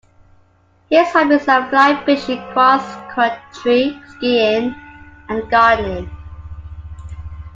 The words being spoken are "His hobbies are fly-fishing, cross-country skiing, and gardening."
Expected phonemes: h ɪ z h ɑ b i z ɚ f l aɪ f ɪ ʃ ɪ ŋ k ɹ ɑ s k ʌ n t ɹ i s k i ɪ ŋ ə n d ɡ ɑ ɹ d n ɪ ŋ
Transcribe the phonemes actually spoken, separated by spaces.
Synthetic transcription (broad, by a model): h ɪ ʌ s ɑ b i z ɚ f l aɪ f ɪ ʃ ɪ k ɹ ɑ s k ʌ t ɹ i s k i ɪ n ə n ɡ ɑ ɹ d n